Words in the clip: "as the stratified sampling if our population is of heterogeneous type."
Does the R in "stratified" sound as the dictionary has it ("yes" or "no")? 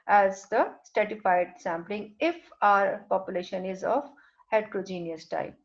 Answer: no